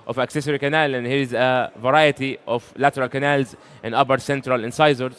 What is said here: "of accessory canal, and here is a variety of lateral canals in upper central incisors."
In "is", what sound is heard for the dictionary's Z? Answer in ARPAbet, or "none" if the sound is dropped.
Z